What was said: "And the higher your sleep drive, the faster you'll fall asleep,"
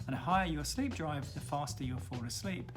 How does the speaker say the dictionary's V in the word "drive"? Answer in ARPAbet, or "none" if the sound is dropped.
V